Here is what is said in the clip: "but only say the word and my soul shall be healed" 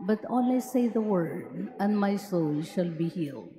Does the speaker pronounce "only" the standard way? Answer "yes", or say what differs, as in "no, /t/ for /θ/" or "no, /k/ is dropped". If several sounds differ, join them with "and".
no, /n/ is dropped